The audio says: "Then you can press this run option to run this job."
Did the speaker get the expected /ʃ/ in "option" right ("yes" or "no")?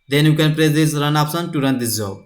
no